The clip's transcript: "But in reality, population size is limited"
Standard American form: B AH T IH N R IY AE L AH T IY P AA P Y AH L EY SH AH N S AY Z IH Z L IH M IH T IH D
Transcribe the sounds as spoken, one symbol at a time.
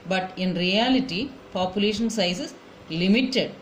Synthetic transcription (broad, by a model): B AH T IH N R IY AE L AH T IY P AA P Y AH L EY SH AH N S AY S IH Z L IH M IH T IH D